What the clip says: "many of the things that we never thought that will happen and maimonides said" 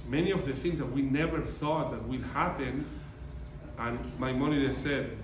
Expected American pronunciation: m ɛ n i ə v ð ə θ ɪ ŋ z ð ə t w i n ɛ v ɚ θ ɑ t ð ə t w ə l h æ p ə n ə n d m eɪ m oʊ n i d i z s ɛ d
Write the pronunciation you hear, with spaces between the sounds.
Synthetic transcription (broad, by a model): m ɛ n i ə v ð ə θ ɪ ŋ z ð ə t w i n ɛ v ɚ θ ɑ t ð ə t w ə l h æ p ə n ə n m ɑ m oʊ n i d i s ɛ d